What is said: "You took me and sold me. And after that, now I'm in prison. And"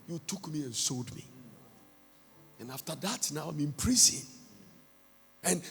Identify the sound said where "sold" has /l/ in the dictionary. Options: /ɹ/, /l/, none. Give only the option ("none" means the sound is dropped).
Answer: /l/